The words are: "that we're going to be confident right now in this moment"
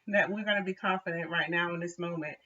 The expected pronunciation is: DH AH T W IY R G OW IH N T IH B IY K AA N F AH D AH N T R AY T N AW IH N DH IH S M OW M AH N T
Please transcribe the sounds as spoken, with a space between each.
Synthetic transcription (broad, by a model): DH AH T W IY R G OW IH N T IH B IY K AA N F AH D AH N T R AY T N AW IH N DH IH S M OW M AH N T